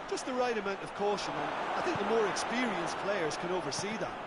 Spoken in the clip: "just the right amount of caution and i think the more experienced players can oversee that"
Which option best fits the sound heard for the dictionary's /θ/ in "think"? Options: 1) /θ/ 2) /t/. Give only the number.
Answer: 1